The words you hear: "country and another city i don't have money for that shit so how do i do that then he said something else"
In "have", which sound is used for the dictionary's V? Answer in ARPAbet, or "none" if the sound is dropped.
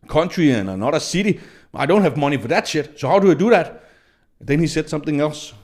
V